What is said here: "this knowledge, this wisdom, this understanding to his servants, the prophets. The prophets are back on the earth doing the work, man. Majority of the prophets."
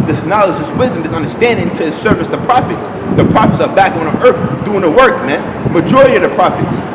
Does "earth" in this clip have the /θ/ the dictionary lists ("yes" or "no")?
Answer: yes